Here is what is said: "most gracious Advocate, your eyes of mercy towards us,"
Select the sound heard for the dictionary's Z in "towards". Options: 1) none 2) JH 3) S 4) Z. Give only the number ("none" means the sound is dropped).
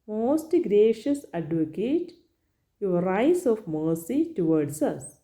3